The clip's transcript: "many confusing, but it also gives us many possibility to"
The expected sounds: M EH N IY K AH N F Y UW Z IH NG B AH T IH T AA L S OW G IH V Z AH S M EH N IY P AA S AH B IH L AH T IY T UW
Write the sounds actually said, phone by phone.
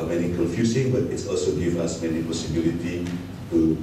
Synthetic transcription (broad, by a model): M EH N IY K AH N F Y UW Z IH NG B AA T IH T AA L S OW G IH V AA S M EH N IY P AA S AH B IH L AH T IY T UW